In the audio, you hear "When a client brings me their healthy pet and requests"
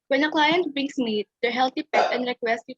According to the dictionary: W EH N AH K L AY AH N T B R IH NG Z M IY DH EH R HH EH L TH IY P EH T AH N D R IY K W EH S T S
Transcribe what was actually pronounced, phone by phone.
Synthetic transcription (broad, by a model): W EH N AH K L AY AH N T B IH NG S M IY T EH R HH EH L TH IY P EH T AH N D R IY K W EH S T